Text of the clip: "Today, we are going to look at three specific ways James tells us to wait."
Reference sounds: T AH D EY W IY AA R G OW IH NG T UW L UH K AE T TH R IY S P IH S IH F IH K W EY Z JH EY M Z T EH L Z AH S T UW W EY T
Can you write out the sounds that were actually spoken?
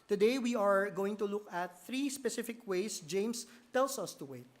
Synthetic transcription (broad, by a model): T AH D EY W IY AA R G OW IH NG T UW L UH K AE T TH R IY S P IH S IH F IH K W EY S JH EY M S T EH L S AH S T UW W EY T